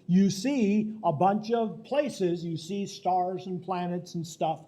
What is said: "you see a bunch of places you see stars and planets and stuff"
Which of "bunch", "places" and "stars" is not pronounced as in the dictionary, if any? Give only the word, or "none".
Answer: none